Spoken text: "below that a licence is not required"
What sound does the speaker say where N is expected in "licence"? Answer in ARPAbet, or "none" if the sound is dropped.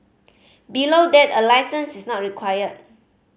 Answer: N